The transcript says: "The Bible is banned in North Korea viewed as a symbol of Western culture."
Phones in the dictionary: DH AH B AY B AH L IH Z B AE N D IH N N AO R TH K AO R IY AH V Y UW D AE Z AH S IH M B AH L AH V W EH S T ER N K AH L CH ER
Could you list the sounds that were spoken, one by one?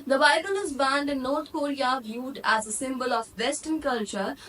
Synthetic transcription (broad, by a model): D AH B AY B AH L IH Z B AE N D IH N N AO R T K AO R IY AH V Y UW D AE Z AH S IH M B AH L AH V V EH S T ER N K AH L CH ER